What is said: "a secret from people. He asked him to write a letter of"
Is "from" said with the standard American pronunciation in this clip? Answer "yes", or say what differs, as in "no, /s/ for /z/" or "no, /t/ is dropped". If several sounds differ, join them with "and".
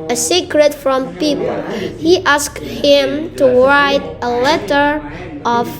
yes